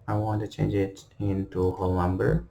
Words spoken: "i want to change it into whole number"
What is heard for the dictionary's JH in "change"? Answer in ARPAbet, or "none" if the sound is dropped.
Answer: JH